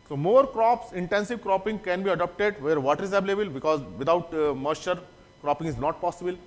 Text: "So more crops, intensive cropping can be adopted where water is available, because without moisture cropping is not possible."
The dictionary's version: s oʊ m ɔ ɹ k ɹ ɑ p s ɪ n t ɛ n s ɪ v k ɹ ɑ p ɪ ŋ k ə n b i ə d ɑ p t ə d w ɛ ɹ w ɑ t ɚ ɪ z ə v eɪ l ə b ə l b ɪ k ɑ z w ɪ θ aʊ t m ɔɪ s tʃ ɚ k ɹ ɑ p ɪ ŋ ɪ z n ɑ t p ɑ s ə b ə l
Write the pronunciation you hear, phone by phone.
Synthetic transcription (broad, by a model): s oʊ m ɔ ɹ k ɹ ɑ p s ɪ n t ɛ n s ɪ v k ɹ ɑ p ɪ ŋ k ə n b i ə d ɑ p t ə d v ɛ ɹ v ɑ t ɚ ɪ z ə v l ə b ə l b ɪ k ɑ z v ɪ t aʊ t m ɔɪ tʃ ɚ k ɹ ɑ p ɪ ŋ ɪ z n ɑ t p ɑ s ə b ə l